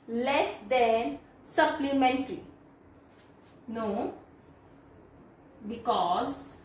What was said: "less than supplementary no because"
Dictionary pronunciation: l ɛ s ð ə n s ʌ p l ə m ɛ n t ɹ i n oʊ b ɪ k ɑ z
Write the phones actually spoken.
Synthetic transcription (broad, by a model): l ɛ s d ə n s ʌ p l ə m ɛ n t l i n oʊ b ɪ k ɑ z